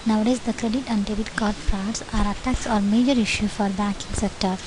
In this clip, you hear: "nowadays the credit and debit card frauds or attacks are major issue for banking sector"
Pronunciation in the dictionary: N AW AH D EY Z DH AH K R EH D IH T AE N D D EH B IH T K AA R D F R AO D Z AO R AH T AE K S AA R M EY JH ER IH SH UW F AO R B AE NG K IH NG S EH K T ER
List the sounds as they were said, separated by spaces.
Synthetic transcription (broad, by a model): N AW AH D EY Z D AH K R EH D IH T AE N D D EH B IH T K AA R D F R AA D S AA R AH T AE K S AA R M EY JH ER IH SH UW F AO R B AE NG K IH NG S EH K T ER